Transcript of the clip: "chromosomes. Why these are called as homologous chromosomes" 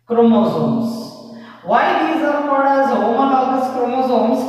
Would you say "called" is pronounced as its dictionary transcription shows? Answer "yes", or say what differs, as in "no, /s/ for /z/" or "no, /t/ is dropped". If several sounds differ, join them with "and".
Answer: no, /l/ is dropped